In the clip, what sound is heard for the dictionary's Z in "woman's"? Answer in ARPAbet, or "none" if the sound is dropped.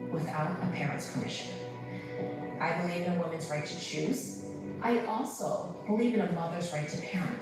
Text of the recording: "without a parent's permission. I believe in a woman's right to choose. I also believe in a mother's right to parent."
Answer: Z